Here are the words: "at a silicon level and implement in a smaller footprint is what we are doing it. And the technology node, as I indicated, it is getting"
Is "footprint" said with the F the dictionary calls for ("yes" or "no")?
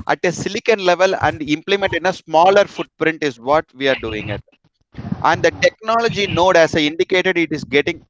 yes